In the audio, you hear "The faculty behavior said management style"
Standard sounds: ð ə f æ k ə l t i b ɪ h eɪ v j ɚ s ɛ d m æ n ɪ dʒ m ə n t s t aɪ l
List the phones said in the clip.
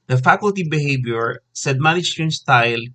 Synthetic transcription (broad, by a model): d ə f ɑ k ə l t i b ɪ h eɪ b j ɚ s ɛ d m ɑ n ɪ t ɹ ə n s t aɪ l